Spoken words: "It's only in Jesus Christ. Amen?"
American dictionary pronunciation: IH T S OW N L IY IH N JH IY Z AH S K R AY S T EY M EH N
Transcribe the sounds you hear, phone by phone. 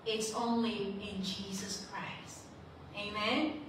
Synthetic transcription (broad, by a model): IH T S OW N L IY IH N JH IY Z AH S K R AY S T EY M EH N